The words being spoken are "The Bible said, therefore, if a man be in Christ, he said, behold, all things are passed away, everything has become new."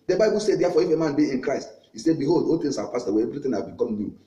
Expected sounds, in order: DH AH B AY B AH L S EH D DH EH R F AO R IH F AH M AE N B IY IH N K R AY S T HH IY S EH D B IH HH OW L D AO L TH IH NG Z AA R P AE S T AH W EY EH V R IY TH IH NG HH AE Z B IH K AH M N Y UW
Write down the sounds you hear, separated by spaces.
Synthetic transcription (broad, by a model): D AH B AY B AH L S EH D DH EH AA F AO IH F AH M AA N B IY IH N K R AY S T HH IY S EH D B IH HH OW L D AO L T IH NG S AA W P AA S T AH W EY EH V R IY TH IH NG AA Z B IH K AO M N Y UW